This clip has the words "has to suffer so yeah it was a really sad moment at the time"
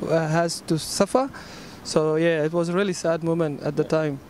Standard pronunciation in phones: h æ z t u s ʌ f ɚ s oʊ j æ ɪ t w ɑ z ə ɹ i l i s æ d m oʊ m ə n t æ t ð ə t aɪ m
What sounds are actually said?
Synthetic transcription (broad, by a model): h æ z t u s ʌ f ɚ s oʊ j æ ɪ t w ɑ z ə ɹ i l i s æ d m oʊ m ə n t æ t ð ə t aɪ m